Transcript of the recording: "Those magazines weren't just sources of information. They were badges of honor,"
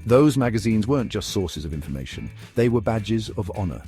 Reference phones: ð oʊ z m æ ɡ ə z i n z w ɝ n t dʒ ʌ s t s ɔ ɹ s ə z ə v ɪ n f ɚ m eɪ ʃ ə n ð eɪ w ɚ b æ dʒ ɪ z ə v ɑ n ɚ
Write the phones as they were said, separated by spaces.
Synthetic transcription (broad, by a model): ð oʊ z m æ ɡ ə z i n z w ɝ n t dʒ ʌ s t s ɔ ɹ s ə z ə v ɪ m f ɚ m eɪ ʃ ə n ð eɪ w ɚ b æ dʒ ɪ z ə v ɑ n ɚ